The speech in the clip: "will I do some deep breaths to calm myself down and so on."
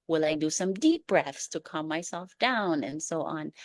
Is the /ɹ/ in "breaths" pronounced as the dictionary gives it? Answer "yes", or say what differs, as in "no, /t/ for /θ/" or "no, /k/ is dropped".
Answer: yes